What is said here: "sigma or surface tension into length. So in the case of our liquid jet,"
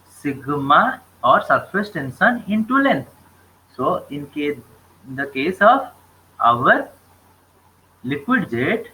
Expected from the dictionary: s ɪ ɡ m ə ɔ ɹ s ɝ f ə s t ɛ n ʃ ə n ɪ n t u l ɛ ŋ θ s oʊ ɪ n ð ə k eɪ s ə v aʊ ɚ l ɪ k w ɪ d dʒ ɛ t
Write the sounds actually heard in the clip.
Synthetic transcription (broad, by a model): s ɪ ɡ m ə ɔ ɹ s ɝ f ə s t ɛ n s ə n ɪ n t u l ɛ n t s oʊ ɪ n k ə k eɪ s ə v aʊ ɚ l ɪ k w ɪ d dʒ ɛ t